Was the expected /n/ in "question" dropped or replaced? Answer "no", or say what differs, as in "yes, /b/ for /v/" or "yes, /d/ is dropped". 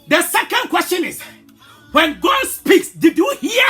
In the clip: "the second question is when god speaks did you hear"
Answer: no